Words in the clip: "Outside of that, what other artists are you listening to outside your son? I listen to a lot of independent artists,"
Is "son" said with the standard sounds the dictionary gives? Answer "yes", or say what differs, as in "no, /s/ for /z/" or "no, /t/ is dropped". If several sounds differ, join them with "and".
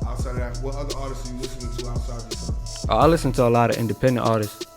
no, /n/ is dropped